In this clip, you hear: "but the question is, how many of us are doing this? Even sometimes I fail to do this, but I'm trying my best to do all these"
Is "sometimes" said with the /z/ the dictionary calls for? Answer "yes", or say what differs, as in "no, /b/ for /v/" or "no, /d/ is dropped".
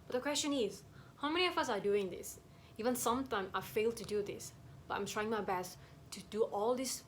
no, /z/ is dropped